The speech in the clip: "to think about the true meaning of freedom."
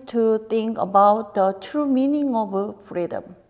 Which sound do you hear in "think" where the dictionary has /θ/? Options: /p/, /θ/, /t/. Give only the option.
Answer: /t/